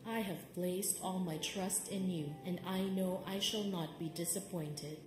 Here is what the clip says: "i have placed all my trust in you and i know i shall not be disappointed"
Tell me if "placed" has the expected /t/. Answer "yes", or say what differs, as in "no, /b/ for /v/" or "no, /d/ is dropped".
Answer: yes